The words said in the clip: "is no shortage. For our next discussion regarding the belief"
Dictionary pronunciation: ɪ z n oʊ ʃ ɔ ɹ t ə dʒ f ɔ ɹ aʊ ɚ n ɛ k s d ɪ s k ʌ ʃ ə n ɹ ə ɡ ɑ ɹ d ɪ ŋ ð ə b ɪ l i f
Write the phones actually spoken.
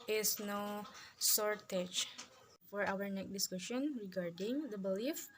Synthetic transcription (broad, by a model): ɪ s n oʊ s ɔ ɹ t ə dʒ f ɔ ɹ aʊ ɚ n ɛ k d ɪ s k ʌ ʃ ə n ɹ ə ɡ ɑ ɹ d ɪ ŋ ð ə b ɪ l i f